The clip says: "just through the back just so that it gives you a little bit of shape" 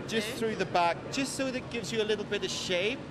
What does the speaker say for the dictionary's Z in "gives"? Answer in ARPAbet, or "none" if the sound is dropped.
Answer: Z